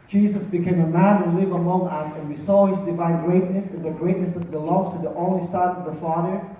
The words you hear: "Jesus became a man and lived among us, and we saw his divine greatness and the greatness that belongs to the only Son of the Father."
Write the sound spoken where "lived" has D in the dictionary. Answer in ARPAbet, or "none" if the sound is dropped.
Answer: none